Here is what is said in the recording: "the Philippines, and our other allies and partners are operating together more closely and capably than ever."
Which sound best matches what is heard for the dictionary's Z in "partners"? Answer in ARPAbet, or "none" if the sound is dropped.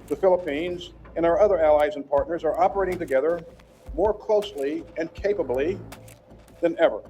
Z